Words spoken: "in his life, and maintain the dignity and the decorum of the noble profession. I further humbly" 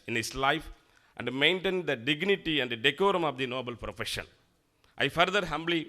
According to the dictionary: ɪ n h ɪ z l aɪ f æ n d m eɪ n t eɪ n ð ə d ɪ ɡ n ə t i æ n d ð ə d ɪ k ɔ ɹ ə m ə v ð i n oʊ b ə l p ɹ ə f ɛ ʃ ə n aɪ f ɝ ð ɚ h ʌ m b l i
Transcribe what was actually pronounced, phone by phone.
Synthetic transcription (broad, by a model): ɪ n h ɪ s l aɪ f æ n d m eɪ n t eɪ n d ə d ɪ ɡ n ə t i æ n d d ɪ k ɔ ɹ ə m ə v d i n oʊ b ə l p ɹ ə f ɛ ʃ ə n aɪ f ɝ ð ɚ h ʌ m b l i